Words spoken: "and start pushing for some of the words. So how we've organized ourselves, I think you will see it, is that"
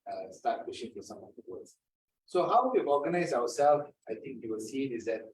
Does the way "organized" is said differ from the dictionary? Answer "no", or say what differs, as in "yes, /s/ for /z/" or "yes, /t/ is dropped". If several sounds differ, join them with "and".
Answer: yes, /d/ is dropped